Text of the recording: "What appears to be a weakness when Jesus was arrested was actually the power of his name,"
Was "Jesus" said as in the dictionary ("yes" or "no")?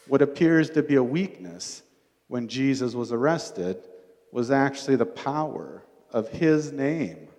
yes